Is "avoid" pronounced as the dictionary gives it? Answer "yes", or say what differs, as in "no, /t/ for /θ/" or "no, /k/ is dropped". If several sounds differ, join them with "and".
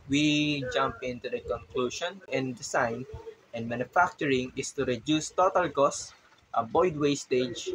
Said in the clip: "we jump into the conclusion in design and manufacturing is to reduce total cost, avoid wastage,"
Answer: no, /b/ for /v/